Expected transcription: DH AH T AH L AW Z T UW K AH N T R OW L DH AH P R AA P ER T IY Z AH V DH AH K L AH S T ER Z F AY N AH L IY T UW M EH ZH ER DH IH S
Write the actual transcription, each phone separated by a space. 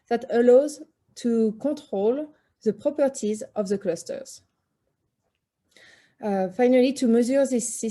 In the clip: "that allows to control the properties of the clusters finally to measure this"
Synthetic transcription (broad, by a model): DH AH T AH L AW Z T UW K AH T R OW L DH AH P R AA P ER T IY Z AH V DH AH K L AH S T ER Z F AY N AH L IY T UW M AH Z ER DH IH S